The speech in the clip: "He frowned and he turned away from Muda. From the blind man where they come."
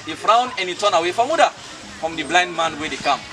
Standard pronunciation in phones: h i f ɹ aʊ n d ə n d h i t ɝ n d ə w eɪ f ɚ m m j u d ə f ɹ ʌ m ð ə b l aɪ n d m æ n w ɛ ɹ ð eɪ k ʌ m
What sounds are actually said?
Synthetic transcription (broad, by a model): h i f ɹ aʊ n ə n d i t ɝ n ə w eɪ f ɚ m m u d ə f ɹ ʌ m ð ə b l aɪ n d m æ n w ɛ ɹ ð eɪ k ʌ m